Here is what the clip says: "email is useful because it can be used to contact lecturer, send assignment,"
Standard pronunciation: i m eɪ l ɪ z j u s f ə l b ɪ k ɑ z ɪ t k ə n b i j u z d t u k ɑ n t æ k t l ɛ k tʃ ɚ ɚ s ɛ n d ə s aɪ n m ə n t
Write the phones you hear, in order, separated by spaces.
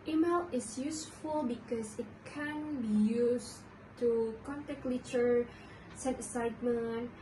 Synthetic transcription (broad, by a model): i m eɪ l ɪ s j u s f ə l b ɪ k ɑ s ɪ t k ə n b i j u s t u k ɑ n t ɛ k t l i tʃ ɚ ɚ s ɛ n ə s aɪ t m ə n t